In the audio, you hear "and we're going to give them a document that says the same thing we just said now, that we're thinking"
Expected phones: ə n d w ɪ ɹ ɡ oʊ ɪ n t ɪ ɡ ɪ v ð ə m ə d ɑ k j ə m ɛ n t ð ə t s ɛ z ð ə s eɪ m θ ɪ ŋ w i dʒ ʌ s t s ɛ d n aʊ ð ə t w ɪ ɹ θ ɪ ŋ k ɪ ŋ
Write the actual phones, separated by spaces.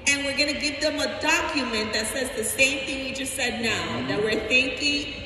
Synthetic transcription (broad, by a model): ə n w ɪ ɹ ɡ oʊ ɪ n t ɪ ɡ ɪ v ð ə m ə d ɑ k j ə m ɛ n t ð ə t s ɛ z ð ə s eɪ m θ ɪ ŋ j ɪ dʒ ʌ s t s ɛ d n aʊ ð ə t w ɪ ɹ θ ɪ ŋ k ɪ ŋ